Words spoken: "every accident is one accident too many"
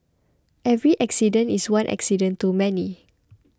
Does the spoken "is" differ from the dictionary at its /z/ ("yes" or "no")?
yes